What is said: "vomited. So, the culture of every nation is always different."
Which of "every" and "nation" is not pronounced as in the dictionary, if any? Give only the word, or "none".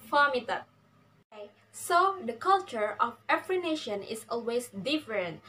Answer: every